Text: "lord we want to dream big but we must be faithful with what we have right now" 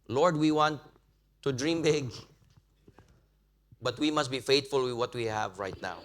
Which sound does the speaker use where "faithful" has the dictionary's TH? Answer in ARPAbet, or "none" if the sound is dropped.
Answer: T